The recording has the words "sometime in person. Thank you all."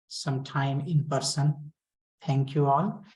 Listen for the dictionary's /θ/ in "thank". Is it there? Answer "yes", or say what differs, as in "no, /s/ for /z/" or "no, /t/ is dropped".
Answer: no, /t/ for /θ/